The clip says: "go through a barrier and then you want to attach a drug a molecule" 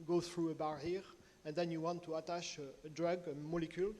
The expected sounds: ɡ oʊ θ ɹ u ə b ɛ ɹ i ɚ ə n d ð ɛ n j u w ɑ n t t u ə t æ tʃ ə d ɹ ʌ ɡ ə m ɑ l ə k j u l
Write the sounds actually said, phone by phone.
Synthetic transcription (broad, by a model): ɡ oʊ θ ɹ u ə b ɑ ɹ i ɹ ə n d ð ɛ n j u w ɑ n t t u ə t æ ʃ ə d ɹ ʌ ɡ ə m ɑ l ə k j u l